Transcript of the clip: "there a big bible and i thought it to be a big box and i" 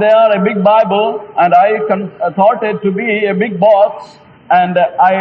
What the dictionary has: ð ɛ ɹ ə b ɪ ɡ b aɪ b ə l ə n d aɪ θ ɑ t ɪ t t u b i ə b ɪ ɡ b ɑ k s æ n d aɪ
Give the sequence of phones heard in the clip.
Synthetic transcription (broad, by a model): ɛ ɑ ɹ ə b ɪ ɡ b aɪ b ə l ə n d aɪ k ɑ t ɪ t t u b i ə b ɪ ɡ b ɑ s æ n d aɪ